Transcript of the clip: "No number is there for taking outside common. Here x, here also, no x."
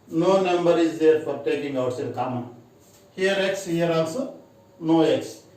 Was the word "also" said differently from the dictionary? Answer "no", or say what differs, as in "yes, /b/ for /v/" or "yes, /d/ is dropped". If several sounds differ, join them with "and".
yes, /n/ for /l/